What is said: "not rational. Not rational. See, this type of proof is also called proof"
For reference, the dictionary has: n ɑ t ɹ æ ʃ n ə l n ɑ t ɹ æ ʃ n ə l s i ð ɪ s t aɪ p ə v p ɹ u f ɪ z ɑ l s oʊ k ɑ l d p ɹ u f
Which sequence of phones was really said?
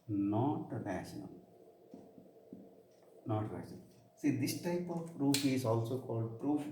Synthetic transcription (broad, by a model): n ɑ t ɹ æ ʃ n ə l n ɑ t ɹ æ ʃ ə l s i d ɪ s t aɪ p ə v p ɹ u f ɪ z ɑ l s oʊ k ɑ l d p ɹ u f